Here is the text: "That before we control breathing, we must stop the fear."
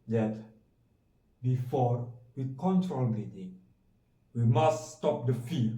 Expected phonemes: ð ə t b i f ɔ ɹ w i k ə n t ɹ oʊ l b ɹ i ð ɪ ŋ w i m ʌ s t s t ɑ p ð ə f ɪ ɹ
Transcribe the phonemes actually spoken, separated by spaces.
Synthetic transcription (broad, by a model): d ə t b i f ɔ ɹ w i k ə n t ɹ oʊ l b i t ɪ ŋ w i m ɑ s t s t ɑ p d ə f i